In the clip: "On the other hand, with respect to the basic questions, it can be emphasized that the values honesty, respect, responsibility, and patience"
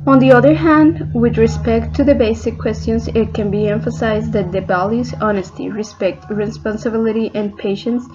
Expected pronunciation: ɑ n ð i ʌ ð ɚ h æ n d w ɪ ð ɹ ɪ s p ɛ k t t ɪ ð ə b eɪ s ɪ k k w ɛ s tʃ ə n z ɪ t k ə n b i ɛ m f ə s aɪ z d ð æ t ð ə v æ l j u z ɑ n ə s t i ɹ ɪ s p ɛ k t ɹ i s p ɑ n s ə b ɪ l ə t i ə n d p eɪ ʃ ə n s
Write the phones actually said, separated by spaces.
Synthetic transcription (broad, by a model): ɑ n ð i ʌ ð ɚ h æ n d w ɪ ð ɹ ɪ s p ɛ k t t ɪ ð ə b eɪ s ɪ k k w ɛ s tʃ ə n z ɪ t k ə n b i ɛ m f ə s aɪ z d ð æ t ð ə b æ l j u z ɑ n ə s t i ɹ ɪ s p ɛ k t ɹ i s p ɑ n s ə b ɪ l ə t i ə n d p eɪ ʃ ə n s